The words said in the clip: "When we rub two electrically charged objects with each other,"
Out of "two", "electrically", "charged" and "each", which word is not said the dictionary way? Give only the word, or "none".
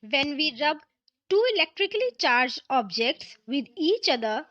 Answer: charged